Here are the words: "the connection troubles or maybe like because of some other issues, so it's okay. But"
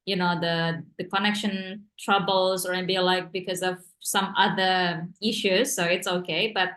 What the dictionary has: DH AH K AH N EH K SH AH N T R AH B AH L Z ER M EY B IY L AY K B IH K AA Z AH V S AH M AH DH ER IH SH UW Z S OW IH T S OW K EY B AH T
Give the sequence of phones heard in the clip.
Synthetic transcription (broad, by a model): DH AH K AH N EH K SH AH N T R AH B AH L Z ER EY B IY L AY K B IH K AA Z AH V S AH M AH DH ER IH SH UW Z S OW IH T S OW K EY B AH T